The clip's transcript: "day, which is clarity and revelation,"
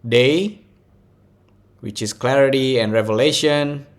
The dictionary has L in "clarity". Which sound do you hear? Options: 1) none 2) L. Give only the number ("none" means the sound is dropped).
2